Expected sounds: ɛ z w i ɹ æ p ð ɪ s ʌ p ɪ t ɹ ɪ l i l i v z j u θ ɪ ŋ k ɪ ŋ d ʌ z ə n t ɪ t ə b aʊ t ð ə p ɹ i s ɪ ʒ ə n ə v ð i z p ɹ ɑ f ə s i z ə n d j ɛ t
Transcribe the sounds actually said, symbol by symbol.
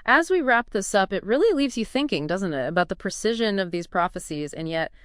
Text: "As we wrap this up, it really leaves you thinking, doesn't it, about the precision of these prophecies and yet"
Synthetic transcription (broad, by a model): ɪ z w i ɹ æ p ð ɪ s ʌ p ɪ t ɹ ɪ l i l i v z j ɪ θ ɪ ŋ k ɪ ŋ d ʌ z ə n t ɪ t ə b aʊ t ð ə p ɹ i s ɪ ʒ ə n ə v ð i z p ɹ ɑ f ə s i z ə n j ɛ t